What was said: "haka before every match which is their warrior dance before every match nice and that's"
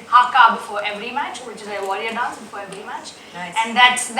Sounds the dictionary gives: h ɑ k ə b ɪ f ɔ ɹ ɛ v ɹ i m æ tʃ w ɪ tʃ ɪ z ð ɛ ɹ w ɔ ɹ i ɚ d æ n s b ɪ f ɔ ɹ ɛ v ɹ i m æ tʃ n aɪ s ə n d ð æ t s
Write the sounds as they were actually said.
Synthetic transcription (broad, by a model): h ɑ k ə b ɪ f ɔ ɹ ɛ v ɹ i m æ tʃ w ɪ tʃ ɪ z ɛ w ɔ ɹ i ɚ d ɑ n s b ɪ f ɔ ɹ ɛ v ɹ i m æ tʃ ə n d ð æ t s